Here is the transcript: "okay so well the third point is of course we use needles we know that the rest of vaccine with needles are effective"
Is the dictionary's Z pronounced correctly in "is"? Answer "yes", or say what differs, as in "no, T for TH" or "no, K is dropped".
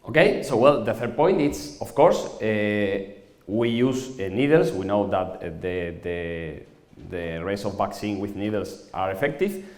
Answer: no, S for Z